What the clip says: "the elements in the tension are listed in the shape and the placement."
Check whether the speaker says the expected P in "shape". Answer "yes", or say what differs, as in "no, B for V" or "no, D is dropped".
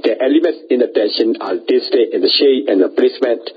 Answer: no, P is dropped